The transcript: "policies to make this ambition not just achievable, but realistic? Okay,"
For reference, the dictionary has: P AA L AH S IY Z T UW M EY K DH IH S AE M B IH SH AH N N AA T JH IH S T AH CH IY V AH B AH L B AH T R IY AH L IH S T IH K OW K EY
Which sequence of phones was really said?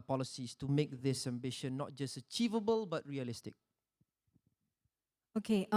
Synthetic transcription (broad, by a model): P AA L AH S IY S T UW M EY K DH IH S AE M B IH SH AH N N AA T JH IH S T AH CH IY V AH B AH L B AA T R IY AH L IH S T IH K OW K EY